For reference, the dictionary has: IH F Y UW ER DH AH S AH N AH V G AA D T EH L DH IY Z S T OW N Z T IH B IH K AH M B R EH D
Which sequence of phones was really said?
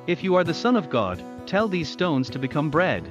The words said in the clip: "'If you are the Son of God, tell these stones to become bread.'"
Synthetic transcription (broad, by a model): IH F Y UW ER DH AH S AH N AH V G AA D T EH L DH IY Z S T OW N Z T IH B IH K AH M B R EH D